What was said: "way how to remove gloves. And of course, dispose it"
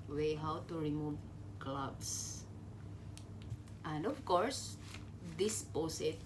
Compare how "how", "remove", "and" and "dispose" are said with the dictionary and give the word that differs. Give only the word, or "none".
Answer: dispose